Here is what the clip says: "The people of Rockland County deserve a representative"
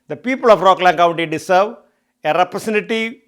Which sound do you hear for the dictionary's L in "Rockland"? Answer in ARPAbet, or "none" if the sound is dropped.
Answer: L